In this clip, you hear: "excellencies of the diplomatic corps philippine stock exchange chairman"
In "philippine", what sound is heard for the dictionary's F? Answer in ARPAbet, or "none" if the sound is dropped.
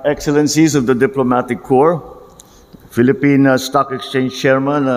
F